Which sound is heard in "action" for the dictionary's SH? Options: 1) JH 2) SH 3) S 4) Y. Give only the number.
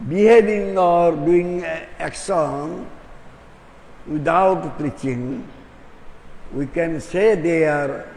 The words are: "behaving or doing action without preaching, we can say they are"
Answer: 3